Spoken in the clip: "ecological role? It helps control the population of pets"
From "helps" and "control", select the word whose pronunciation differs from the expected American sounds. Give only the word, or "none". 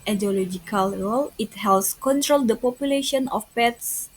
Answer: helps